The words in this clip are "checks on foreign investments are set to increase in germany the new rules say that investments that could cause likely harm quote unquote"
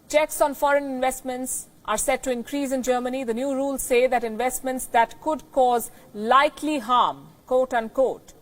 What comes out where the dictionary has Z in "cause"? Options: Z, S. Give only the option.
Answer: Z